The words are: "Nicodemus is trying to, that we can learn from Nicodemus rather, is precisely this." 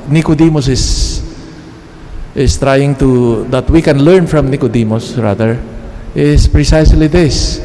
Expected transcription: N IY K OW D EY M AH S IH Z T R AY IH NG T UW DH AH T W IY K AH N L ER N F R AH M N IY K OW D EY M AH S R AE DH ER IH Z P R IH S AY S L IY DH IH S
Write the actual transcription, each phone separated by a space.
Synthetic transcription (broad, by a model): N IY K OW D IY M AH S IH S T R AY IH NG T UW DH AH T W IY K AH N L ER N F R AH M N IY K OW D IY M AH S R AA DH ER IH S P R IH S AY S L IY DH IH S